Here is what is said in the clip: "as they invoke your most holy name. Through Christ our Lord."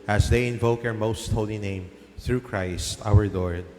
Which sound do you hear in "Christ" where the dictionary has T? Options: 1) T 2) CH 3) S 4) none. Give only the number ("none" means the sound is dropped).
1